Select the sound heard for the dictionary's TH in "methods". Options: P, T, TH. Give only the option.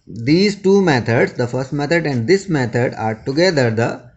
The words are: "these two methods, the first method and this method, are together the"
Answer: T